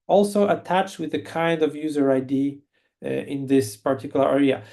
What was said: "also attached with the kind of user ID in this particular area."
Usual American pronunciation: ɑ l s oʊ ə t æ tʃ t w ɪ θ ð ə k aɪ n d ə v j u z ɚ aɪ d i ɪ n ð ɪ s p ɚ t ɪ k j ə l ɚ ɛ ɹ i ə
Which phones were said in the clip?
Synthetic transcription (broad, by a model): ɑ l s oʊ ə t æ tʃ t w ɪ ð ə k aɪ n d ə v j u z ɚ aɪ d i ɪ n ð ɪ s p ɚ t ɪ k j l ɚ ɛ ɹ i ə